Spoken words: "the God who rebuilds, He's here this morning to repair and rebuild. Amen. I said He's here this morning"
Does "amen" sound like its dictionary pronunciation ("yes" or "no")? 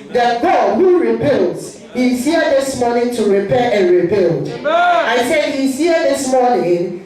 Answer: no